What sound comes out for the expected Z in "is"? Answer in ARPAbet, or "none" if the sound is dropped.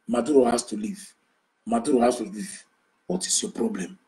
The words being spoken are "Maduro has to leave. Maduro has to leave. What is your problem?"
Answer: S